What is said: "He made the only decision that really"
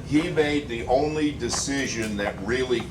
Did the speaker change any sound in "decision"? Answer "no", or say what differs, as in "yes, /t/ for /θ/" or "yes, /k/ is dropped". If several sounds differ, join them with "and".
no